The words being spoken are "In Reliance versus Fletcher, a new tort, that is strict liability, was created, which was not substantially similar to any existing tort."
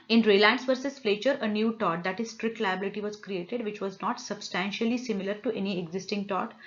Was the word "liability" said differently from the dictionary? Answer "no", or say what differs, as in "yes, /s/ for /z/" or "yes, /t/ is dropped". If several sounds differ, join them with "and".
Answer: no